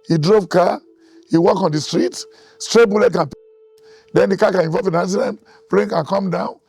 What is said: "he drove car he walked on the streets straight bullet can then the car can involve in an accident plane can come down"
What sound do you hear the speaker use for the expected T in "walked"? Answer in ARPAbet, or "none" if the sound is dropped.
none